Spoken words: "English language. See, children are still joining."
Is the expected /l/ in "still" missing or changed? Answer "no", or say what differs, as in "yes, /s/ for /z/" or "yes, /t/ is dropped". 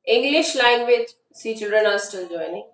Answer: yes, /n/ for /l/